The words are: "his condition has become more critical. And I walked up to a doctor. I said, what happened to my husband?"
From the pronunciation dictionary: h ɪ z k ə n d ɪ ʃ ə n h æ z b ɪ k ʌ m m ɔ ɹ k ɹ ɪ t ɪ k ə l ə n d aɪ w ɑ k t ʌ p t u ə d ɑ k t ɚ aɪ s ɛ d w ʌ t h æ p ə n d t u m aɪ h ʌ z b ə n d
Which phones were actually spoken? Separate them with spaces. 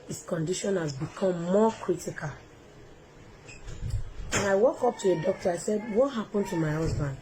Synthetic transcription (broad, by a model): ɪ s k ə n d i ʃ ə n h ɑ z b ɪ k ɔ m m ɔ k ɹ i t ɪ k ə l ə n aɪ w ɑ k ɔ p t u ə d ɑ k t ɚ aɪ s ɛ d w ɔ t h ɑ p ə n t u m aɪ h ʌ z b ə n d